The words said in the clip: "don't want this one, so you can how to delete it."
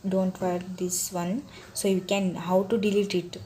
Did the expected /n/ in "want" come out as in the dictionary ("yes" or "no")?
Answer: no